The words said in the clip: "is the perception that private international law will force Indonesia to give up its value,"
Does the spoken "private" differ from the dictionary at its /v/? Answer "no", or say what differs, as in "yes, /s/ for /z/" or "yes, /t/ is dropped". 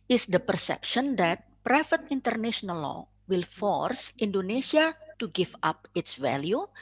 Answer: yes, /f/ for /v/